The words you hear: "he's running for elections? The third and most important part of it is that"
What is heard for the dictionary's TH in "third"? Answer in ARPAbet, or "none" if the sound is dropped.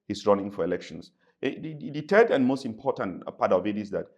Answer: T